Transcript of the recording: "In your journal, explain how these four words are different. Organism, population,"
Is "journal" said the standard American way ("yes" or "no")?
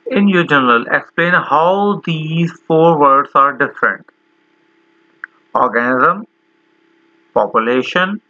no